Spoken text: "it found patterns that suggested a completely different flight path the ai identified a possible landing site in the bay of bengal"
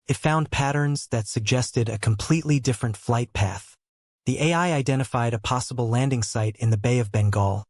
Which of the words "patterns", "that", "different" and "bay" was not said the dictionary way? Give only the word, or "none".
none